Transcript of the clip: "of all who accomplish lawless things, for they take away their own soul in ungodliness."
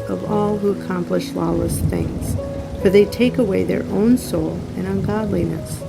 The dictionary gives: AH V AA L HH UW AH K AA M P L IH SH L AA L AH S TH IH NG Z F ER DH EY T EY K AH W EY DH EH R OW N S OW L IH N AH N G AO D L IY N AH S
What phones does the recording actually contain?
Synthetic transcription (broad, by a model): AH V AA L HH UW AH K AA M P L IH SH L AA L AH S TH IH NG Z F ER DH EY T EY K AH W EY DH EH R OW N S OW L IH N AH N G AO D L IY N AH S